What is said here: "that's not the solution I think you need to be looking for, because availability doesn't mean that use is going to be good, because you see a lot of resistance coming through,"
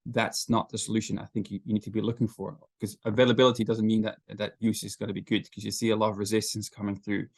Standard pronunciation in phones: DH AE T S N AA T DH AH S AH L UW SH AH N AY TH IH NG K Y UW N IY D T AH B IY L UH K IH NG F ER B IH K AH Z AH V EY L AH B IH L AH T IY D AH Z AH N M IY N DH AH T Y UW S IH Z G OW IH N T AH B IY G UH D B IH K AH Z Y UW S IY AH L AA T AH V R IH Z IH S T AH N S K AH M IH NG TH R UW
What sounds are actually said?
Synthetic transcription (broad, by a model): DH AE T S N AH T DH AH S AH L UW SH AH N AY TH IH NG K Y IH N IY D T AH B IY L UH K IH NG F ER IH K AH Z AH V EY L AH B IH L AH T IY D AH Z AH N M IY N DH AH T Y UW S IH Z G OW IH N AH B IY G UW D K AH Z Y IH S IY AH L AA T AH V R IH Z IH S T AH N S K AH M IH NG TH R UW